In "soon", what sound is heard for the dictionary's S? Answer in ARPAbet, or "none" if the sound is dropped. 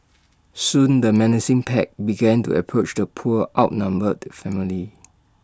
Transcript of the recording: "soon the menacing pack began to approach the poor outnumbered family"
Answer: S